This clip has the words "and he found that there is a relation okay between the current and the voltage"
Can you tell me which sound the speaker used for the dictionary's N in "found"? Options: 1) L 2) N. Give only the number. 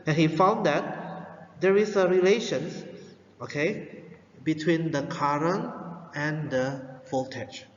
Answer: 2